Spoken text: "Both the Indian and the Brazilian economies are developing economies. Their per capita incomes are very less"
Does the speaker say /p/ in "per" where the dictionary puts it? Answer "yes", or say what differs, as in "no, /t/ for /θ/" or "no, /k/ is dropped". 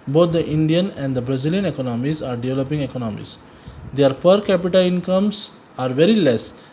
yes